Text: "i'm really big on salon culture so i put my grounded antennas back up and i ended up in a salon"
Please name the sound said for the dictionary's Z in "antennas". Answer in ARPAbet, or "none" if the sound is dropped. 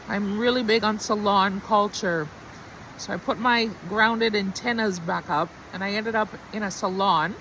Z